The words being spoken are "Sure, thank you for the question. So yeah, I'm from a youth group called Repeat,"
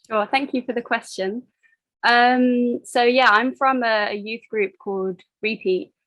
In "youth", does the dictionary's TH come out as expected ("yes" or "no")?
yes